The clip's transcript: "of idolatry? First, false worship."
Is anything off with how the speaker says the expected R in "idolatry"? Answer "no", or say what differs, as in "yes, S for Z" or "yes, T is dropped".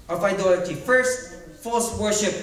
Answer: yes, R is dropped